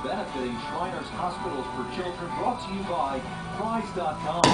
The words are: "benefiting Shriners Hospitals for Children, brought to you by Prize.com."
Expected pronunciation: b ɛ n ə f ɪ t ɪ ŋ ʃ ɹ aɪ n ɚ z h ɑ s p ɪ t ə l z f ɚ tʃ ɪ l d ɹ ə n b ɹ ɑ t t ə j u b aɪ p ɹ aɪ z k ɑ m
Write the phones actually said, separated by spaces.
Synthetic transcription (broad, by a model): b ɛ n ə f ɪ t ɪ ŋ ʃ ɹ aɪ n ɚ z h ɑ s p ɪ t l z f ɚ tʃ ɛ d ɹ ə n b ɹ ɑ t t j u b aɪ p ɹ aɪ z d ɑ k